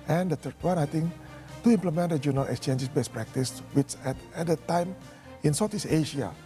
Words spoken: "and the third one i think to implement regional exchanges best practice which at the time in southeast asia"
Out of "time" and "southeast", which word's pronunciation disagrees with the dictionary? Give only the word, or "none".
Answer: southeast